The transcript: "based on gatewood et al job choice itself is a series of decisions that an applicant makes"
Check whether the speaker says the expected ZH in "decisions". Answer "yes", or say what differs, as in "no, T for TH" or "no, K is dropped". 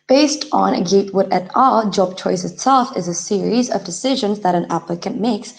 yes